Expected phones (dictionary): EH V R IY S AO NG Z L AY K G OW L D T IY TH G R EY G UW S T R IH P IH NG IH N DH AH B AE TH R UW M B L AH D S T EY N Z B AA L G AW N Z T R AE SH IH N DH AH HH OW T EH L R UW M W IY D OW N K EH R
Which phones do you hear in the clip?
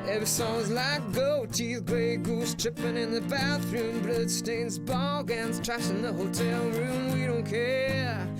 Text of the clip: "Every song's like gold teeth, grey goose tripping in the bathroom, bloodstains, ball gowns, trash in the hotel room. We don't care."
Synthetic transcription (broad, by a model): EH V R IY S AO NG Z L AY K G OW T IY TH G R EY G UW S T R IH P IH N IH N DH AH B AE TH R UW M B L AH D S T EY N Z B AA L G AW N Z T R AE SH IH N DH AH HH OW T EH L R UW M W IY D OW N K EH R